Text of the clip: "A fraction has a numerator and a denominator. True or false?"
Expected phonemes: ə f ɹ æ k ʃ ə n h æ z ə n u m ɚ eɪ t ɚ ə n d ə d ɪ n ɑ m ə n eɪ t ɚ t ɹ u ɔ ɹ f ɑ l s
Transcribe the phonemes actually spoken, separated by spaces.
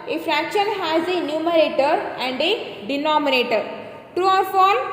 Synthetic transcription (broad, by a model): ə f ɹ æ k ʃ ə n h æ z ə n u m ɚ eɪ t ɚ ə n d ə d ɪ n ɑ m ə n eɪ t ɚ t ɹ u ɔ ɹ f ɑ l